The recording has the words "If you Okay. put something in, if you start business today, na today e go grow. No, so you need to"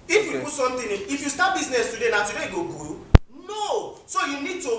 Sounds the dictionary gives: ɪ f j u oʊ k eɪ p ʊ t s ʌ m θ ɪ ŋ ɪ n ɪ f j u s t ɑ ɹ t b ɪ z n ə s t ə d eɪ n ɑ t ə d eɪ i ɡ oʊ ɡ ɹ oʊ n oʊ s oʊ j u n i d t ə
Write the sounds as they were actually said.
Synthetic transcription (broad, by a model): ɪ f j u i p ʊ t s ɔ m t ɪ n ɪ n ɪ f j u s t ɑ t b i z n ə s t ə d eɪ n ɑ t ə d eɪ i ɡ oʊ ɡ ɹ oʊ n oʊ s oʊ j u n i d t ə